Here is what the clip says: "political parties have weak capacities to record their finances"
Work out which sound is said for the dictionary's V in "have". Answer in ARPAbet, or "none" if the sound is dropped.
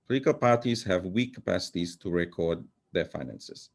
V